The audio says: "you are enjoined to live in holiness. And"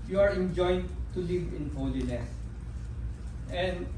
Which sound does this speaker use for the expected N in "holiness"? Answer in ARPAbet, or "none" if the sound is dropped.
L